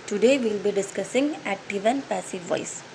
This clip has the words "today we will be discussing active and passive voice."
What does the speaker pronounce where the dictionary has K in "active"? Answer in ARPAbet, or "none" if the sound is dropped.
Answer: none